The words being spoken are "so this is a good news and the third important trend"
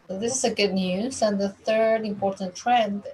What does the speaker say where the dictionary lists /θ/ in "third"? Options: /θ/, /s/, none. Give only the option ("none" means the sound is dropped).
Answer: /θ/